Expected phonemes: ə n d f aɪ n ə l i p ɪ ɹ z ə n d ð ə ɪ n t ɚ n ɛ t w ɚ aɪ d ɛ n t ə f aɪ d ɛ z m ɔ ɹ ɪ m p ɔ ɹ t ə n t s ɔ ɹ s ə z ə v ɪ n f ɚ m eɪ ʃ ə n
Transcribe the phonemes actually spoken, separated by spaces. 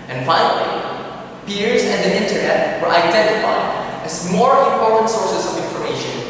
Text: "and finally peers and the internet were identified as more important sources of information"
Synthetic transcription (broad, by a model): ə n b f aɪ ə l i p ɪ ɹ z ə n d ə ɪ n t ɚ n ɛ t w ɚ aɪ d ɛ n t ə f aɪ d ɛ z m ɔ ɹ ɪ m p ɔ ɹ t ə n t s ɔ ɹ s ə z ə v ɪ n f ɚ m eɪ ʃ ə n